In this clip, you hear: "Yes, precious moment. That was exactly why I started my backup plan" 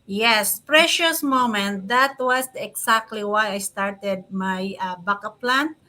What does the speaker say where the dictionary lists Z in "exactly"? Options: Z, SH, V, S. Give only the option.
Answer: S